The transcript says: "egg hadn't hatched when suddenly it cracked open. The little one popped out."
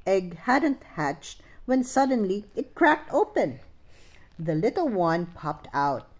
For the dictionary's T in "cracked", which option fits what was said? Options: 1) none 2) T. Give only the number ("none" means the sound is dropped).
2